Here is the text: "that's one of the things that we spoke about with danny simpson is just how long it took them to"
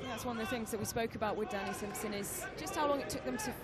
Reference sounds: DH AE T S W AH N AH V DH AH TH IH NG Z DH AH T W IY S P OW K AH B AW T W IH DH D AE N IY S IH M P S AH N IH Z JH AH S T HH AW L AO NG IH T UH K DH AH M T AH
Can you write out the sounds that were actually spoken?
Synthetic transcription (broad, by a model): DH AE T S W AH N AH V DH AH TH IH NG Z DH AH T W IY S P OW K AH B AW T W IH DH D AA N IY S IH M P S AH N IH Z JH AH S T HH AW L AO NG IH T UH K DH AH M T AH